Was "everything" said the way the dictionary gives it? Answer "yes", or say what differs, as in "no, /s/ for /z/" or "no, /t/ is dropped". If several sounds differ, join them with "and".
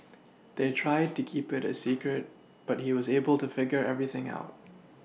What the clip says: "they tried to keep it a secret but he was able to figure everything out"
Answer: yes